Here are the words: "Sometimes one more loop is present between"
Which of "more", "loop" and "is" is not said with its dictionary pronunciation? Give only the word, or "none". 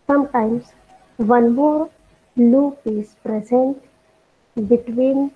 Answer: is